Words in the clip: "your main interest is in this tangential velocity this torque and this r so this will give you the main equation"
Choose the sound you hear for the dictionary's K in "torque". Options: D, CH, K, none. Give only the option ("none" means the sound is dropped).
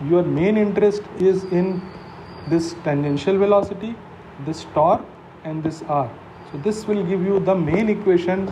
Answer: none